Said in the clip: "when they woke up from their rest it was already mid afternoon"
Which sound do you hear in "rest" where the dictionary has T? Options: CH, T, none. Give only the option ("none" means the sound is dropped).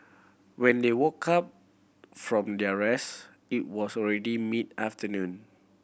none